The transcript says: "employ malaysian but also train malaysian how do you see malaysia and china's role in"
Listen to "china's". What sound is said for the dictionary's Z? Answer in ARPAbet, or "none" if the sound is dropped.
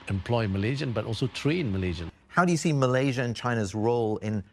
Z